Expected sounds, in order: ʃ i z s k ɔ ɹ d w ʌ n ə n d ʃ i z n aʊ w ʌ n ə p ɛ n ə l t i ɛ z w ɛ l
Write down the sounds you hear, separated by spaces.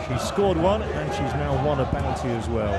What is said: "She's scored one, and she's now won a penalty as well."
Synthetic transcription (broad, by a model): ʃ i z s k ɔ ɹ d w ʌ n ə n ʃ i z n aʊ w ʌ n ə b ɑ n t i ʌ z w ɛ l